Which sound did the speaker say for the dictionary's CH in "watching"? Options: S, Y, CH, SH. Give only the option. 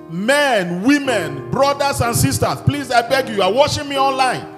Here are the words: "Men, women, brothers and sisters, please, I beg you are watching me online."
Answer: SH